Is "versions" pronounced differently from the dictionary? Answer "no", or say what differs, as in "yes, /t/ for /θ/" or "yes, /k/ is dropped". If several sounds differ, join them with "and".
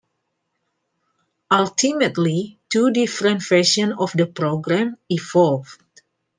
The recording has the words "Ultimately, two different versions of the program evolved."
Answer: yes, /ʃ/ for /ʒ/ and /z/ is dropped